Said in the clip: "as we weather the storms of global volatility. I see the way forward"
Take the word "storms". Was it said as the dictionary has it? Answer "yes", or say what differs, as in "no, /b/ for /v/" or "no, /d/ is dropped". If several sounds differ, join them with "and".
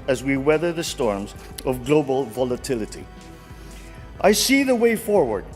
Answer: yes